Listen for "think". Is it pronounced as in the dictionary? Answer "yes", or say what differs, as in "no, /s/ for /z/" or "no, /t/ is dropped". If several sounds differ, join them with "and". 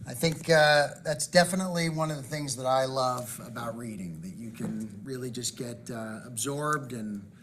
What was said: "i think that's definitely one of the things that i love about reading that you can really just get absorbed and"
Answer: yes